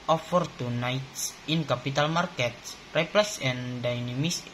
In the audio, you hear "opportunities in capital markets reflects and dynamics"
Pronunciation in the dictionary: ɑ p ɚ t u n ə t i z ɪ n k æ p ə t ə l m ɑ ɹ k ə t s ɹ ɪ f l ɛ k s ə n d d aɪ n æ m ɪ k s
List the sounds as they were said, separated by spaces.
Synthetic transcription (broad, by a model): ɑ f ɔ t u n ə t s ɪ n k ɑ p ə t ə l m ɑ ɹ k ə t s ɹ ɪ p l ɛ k s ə n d d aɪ n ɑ m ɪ s